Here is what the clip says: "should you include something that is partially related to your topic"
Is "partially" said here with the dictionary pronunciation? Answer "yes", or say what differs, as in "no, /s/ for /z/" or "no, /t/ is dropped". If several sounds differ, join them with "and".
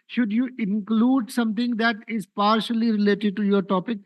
yes